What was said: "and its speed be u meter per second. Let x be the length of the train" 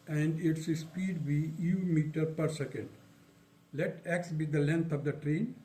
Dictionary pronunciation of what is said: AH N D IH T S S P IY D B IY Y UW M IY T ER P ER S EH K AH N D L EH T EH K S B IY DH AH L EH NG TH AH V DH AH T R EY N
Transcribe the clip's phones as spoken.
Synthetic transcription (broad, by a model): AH N D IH T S S P IY D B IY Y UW M IY T ER P ER S EH K AH N D L EH T EH K S B IY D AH L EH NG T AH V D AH T R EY N